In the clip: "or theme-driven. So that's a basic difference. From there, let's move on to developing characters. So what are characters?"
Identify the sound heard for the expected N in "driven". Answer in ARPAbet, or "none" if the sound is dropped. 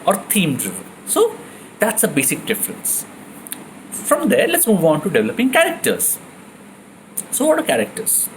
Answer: L